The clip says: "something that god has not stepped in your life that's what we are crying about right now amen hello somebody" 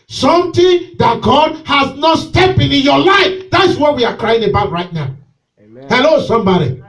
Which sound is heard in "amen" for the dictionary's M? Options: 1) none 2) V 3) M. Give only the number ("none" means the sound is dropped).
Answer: 1